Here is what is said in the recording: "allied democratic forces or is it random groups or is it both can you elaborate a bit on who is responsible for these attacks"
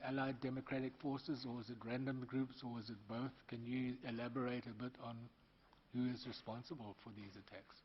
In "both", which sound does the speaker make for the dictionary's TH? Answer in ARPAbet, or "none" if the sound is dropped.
TH